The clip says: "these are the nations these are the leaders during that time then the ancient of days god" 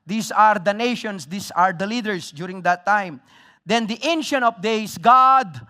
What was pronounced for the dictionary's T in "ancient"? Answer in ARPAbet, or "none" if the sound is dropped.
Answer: none